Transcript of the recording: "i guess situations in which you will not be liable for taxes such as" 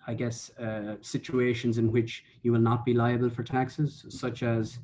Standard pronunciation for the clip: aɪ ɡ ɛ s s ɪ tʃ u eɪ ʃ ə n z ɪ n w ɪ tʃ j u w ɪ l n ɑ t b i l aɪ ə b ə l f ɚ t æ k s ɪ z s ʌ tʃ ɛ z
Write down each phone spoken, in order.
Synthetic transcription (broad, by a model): aɪ ɡ ɛ s s ɪ tʃ u eɪ ʃ ə n z ɪ n w ɪ tʃ j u w ɪ l n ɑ t b i l aɪ ə b ə l f ɚ t æ k s ɪ z s ʌ tʃ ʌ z